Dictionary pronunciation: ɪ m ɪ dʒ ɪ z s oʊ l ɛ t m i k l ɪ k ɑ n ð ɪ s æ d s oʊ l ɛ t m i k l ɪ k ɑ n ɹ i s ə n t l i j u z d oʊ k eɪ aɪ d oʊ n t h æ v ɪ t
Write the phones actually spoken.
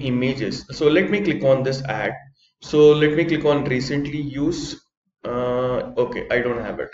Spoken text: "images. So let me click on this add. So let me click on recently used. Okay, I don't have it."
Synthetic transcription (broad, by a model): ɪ m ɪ dʒ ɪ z s oʊ l ɛ t m i k l ɪ k ɑ n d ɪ s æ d s oʊ l ɛ t m i k l ɪ k ɑ n ɹ i s ə n t l i j u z oʊ k eɪ aɪ d oʊ n t h æ v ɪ t